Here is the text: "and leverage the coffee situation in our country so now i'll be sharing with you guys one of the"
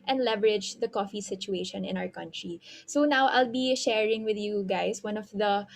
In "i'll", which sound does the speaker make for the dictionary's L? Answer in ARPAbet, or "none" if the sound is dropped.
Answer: L